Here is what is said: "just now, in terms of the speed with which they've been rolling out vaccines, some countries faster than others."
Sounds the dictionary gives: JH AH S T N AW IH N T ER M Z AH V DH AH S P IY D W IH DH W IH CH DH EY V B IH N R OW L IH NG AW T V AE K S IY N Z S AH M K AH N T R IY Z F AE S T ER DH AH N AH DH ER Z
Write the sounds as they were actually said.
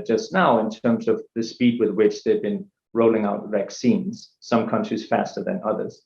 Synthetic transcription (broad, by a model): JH AH S T N AW IH N T ER M Z AH V DH AH S P IY D W IH DH W IH CH DH EY V B IH N R OW L IH NG AW T V AE K S IY N Z S AH M K AH N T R IY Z F AE S T ER DH AH N AH DH ER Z